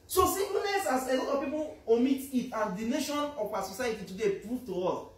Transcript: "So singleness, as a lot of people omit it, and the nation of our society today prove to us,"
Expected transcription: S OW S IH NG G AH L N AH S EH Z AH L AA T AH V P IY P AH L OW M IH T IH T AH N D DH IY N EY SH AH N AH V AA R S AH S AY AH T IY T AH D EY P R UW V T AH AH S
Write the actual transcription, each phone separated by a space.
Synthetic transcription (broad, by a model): S OW S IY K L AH N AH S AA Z AH L AA T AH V P IY P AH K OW M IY T IH T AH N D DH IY N EY SH AH N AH F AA S AH S AY AH T IY T AH D EY P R UW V T AH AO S